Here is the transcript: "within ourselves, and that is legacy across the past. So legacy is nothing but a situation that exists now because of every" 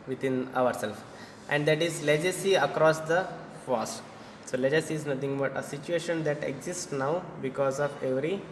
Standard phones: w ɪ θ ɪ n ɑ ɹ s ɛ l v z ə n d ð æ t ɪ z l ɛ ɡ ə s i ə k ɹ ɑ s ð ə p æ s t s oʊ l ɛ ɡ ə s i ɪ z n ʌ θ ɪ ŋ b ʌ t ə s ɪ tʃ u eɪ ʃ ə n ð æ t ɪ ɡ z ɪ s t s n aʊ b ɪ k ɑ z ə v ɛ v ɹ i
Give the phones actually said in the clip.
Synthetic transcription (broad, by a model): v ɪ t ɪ n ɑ ɹ s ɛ l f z ə n d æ t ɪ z l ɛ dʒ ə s i ə k ɹ ɑ s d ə f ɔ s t s oʊ l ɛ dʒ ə s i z n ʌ t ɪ ŋ b ʌ t ə s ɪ tʃ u eɪ ʃ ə n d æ t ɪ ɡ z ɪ s t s n aʊ b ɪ k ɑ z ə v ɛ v ɹ i